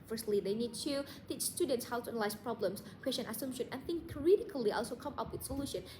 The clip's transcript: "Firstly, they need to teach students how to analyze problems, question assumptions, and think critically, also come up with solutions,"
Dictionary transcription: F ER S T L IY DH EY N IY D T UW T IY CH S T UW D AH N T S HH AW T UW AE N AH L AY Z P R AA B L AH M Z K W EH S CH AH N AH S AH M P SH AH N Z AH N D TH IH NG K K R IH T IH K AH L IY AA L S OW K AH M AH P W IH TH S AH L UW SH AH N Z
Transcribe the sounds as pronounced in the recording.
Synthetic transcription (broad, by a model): F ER S T L IY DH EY N IY D T UW T IY CH S T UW D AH N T S HH AW T UW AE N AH L AY S P R AA B L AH M S K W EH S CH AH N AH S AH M SH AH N AH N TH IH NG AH R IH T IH K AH L IY AA L S OW K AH M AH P W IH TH S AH L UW SH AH N